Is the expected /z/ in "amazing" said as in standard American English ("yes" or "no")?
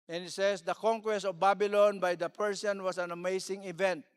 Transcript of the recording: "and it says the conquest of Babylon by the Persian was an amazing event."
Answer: no